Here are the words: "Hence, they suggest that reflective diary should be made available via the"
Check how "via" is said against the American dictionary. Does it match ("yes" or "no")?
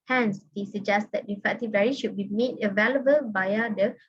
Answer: no